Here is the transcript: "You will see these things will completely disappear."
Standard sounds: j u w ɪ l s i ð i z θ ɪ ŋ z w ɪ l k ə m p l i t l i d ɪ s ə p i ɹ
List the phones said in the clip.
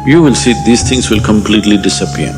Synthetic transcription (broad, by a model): j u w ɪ l s i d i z t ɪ ŋ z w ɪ l k ə m p l i t l i d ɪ s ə p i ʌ